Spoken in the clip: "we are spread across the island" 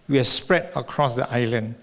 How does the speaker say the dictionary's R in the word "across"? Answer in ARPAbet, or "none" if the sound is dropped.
R